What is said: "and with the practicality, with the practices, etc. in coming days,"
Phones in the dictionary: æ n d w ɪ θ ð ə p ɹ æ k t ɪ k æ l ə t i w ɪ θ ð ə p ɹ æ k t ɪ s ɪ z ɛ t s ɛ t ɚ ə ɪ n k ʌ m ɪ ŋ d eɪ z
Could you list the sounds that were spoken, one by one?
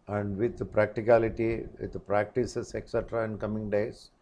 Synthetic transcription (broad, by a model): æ n d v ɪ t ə p ɹ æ k t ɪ k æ l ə t i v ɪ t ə p ɹ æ k t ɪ s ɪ s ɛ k s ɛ t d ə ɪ n k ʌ m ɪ ŋ d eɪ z